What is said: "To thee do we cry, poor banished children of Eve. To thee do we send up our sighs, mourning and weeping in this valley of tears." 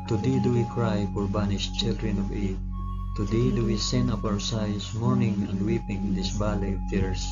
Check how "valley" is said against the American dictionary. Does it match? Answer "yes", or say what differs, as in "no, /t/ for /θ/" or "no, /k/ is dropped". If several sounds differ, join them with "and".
no, /b/ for /v/